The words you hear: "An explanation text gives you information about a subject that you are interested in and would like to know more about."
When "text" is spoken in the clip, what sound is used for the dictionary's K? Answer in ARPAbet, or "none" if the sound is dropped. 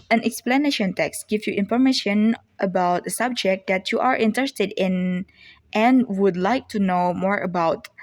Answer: K